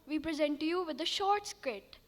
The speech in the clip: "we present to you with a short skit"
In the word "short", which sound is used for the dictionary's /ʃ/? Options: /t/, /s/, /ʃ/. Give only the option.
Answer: /ʃ/